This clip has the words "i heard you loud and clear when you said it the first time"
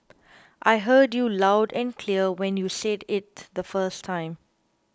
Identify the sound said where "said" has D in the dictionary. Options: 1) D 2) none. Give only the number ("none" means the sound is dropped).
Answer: 1